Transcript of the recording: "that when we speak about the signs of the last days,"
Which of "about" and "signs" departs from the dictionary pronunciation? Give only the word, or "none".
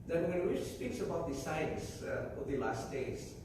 signs